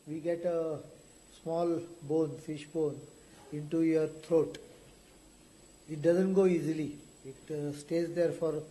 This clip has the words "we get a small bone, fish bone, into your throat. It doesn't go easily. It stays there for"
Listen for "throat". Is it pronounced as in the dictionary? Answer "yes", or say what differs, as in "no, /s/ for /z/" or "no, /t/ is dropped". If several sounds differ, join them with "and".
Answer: no, /t/ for /θ/